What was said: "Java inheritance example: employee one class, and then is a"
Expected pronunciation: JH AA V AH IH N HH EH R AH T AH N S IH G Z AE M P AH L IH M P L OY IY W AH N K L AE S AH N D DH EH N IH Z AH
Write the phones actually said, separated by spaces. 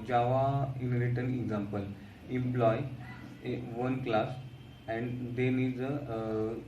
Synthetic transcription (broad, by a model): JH AA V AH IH N R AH T AH N IH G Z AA M P AH L IH M P L OY IY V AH N K L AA S AH N D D EH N IH Z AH